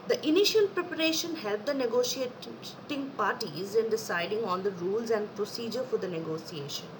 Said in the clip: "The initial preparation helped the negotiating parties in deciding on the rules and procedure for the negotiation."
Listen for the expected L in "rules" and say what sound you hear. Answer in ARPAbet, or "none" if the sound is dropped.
L